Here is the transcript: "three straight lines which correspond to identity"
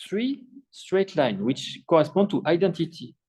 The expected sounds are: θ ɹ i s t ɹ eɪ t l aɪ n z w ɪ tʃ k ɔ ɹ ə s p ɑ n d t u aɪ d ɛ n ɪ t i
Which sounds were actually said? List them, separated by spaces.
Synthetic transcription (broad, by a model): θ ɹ i s t ɹ eɪ t l aɪ n w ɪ tʃ k ɔ ɹ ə s p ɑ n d t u aɪ d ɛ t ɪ t i